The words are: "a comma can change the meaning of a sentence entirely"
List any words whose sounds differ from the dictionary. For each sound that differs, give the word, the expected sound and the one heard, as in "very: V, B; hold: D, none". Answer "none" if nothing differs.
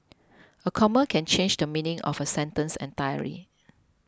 entirely: L, none